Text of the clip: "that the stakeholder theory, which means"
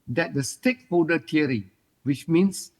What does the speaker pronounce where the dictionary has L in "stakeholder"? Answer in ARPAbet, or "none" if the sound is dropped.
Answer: none